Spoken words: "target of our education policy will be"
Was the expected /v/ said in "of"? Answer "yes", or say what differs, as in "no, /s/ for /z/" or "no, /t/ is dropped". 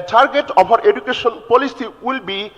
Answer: no, /b/ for /v/